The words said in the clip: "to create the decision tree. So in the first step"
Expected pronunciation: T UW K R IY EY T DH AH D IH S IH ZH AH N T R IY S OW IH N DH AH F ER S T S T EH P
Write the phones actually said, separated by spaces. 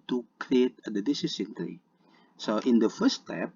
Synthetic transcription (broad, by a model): T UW K R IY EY T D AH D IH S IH S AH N T R IY S OW IH N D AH F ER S S T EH P